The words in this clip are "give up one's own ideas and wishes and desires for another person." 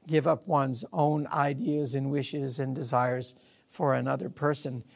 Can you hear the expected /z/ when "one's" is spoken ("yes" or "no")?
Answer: yes